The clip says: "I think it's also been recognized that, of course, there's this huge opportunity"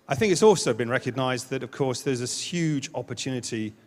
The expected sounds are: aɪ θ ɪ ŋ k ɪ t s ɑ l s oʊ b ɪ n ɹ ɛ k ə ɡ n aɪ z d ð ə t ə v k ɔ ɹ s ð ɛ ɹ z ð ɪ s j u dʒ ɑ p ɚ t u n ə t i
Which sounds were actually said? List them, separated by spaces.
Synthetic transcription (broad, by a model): aɪ θ ɪ ŋ k ɪ t s ɑ l s oʊ b ɪ n ɹ ɛ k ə ɡ n aɪ z ð ə t ə v k ɔ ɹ s ð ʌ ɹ z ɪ j u dʒ ɑ p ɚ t u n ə t i